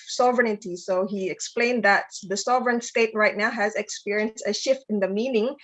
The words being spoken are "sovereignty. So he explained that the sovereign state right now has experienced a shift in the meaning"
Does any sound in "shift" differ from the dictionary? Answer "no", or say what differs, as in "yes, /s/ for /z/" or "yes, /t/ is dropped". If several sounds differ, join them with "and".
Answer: no